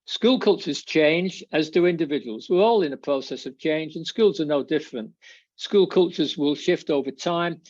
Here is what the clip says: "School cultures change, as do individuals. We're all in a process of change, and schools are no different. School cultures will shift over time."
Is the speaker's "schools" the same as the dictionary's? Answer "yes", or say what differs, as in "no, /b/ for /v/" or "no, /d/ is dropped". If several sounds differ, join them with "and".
yes